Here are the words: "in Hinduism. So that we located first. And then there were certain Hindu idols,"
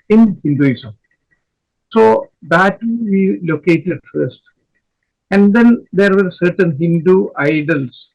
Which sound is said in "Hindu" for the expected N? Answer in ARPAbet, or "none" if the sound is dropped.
N